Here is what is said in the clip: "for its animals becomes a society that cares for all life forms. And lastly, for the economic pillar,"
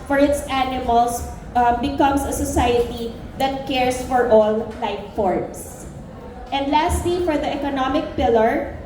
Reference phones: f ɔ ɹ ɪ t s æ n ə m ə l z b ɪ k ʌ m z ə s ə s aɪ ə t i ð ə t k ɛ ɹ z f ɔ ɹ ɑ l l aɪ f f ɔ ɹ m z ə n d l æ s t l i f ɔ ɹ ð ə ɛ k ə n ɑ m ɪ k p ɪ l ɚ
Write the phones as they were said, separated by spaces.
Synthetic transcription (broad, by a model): f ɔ ɹ ɪ t s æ n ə m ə l s b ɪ k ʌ m s ə s ə s aɪ ə t i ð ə t k ɛ ɹ s f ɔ ɹ ɑ l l aɪ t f ɔ ɹ m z ə n d l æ s t l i f ɔ ɹ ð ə ɛ k ə n ɑ m ɪ k p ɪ l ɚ